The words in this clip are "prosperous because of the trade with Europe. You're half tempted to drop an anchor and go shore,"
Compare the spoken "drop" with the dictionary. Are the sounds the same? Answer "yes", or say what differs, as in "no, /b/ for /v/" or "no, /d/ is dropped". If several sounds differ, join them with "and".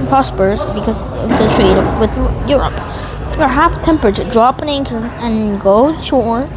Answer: yes